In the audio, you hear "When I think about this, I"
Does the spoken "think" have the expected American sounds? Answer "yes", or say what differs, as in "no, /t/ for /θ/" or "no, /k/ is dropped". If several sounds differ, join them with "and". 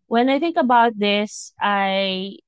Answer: yes